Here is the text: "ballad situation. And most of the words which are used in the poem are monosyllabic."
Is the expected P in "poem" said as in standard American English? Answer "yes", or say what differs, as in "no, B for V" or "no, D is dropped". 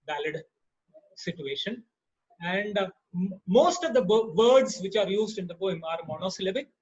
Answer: no, B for P